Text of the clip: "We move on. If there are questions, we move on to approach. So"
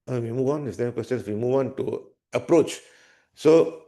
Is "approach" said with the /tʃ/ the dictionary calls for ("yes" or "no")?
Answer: yes